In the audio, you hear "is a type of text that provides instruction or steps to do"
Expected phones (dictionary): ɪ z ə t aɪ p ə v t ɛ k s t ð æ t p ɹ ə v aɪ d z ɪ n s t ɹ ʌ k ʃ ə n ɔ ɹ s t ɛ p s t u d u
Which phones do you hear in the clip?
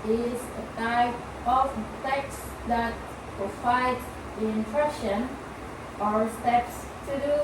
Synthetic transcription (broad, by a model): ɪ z ə t aɪ p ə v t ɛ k s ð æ t p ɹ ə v aɪ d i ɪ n t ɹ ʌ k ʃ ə n ɔ ɹ s t ɛ p s t u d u